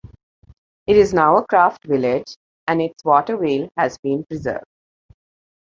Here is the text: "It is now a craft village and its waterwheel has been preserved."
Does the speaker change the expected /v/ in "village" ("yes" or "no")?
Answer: no